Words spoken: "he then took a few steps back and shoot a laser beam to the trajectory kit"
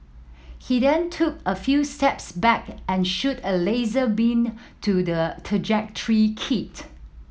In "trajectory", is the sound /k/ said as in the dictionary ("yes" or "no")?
yes